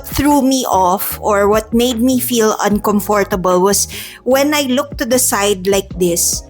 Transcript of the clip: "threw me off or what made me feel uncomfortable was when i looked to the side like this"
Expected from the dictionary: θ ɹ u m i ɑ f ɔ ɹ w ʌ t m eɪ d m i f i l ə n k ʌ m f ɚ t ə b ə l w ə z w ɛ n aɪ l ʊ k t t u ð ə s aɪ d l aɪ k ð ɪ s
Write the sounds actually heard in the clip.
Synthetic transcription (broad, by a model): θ ɹ u m i ɑ f ɔ ɹ w ʌ t m eɪ d m i f i l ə n k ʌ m f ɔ t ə b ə l w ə s w ɛ n aɪ l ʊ k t t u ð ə s aɪ d l aɪ k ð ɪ s